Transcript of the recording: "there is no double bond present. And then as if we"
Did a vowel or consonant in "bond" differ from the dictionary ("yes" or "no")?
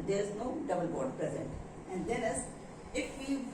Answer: yes